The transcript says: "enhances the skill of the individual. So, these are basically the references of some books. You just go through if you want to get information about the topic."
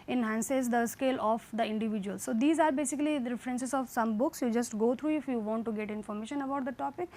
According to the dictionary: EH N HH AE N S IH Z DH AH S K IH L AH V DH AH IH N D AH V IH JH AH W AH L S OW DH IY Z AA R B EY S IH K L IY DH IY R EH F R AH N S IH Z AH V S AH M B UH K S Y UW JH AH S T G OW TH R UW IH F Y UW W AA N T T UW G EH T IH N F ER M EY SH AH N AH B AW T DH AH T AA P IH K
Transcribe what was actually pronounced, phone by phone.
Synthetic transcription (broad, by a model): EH N HH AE N S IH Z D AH S K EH L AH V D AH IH N D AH V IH JH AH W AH L S OW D IY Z AA R B EY S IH K IY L IY R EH F R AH N S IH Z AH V S AH M B UH K S Y UW JH AH S T G OW T R UW IH F Y UW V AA N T T UW G EH T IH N F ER M EY SH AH N AH B AW T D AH T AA P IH K